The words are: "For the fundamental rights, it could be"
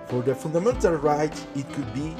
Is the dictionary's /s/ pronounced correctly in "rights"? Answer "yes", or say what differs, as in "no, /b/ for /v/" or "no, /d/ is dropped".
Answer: no, /s/ is dropped